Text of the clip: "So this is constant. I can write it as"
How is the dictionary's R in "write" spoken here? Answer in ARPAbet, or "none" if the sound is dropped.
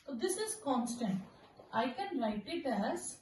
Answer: L